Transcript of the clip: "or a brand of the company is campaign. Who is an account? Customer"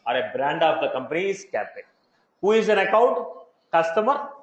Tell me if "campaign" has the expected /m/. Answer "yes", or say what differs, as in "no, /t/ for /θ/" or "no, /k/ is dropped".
no, /m/ is dropped